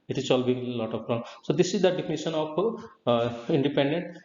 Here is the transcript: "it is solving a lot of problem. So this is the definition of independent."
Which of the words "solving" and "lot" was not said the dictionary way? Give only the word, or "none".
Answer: solving